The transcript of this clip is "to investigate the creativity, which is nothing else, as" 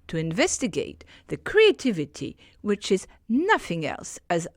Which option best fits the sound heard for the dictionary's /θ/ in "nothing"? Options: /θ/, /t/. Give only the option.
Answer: /θ/